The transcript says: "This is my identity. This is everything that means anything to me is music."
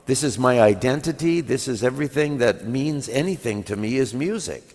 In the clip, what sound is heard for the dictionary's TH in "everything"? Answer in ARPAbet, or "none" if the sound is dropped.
TH